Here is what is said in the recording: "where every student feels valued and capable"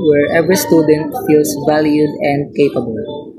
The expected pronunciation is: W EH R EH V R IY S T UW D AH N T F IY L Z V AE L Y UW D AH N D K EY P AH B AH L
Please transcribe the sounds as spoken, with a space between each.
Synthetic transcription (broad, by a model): W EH R EH V R IY S T UW D AH N T F IY L S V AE L Y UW D AH N D K EY P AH B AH L